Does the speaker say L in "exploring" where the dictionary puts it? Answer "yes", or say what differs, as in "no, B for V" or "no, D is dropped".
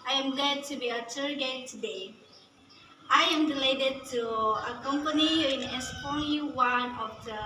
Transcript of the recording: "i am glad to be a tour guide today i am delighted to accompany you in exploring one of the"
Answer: no, L is dropped